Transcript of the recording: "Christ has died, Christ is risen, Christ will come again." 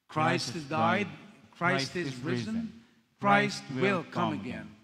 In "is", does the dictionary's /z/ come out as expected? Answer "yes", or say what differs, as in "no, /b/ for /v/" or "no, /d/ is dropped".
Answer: yes